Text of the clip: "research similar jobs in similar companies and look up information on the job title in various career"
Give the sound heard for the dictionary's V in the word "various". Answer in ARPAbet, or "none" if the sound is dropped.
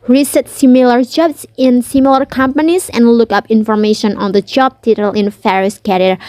F